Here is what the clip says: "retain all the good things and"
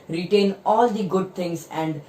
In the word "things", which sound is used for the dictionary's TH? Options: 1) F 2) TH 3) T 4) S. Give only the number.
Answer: 3